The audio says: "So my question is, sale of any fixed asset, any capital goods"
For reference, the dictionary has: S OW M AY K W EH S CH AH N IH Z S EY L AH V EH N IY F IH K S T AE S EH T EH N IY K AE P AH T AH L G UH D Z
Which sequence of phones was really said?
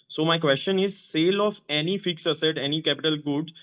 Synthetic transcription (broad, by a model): S OW M AY K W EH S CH AH N IH Z S EY L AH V EH N IY F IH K S AH S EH T EH N IY K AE P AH T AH L G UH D